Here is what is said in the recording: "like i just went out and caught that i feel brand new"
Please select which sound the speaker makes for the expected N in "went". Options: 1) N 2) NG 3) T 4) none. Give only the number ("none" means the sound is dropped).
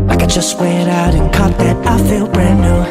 4